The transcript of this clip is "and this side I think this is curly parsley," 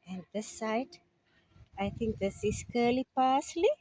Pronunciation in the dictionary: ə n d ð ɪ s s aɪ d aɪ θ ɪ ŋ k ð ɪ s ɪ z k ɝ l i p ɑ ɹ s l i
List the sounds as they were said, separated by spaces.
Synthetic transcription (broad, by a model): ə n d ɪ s s aɪ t aɪ t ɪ ŋ k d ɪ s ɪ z k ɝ l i p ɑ s l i